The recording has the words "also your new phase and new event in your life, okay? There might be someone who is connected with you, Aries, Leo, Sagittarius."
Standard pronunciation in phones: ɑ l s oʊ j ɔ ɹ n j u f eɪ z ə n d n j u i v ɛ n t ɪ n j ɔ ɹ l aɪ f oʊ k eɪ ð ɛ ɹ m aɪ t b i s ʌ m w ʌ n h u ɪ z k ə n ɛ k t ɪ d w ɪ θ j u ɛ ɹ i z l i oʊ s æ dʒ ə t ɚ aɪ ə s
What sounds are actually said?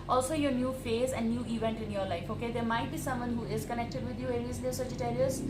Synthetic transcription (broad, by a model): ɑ l s oʊ j ɔ ɹ n j u f eɪ z ə n d n j u i v ɛ n t ɪ n j ɔ ɹ l aɪ f oʊ k eɪ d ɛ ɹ m aɪ t b i s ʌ m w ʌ n h u ɪ z k ə n ɛ k t ɪ d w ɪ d j u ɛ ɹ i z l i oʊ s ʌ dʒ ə t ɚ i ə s